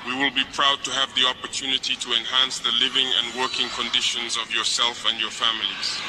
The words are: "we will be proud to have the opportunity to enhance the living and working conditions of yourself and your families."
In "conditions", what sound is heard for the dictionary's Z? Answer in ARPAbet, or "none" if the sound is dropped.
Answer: Z